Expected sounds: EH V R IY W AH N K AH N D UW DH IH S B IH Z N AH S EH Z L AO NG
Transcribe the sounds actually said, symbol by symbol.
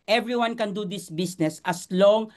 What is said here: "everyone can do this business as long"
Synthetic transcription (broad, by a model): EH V R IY W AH N K AH N D UW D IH S B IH S N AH S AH S L AO NG